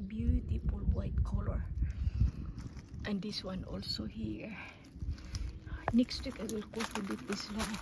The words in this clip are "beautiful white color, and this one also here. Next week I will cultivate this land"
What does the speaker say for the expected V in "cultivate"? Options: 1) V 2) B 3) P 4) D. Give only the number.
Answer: 2